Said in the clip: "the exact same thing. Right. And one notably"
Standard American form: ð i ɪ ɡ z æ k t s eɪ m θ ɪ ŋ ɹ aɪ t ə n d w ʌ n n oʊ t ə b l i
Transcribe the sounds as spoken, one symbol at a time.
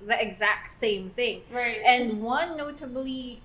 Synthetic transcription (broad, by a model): ð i ɪ ɡ z æ k t s eɪ m θ ɪ ŋ ɹ aɪ t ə n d w ʌ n n oʊ t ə b l i